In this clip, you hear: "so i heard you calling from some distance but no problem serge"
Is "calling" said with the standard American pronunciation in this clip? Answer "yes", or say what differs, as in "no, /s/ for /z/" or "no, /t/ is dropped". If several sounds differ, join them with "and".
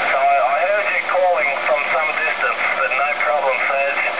yes